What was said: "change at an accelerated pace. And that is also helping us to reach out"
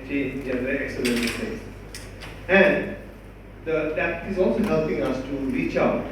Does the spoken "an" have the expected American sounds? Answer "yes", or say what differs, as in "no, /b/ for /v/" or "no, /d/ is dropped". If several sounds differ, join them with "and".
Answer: no, /l/ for /n/